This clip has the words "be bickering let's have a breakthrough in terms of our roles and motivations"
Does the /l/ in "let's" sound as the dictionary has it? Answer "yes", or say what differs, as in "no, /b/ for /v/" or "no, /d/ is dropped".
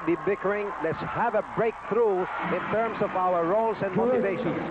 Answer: yes